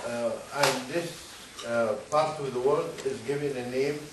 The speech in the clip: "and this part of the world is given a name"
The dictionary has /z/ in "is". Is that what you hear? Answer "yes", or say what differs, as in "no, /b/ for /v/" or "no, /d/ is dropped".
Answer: yes